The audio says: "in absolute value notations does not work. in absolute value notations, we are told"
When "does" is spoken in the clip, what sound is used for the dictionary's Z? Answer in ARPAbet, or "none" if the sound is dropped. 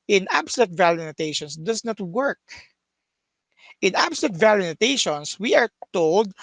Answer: S